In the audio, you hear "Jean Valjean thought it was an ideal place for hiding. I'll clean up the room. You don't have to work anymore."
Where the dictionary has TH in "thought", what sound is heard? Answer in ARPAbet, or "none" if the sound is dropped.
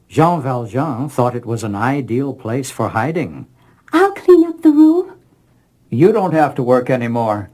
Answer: TH